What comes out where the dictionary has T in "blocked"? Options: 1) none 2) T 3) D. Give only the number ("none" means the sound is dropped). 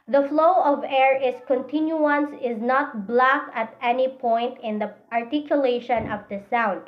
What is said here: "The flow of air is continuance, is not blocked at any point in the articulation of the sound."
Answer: 1